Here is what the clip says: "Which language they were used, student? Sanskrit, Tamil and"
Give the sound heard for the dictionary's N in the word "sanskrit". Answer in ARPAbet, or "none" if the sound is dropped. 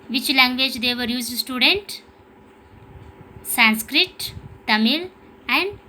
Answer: N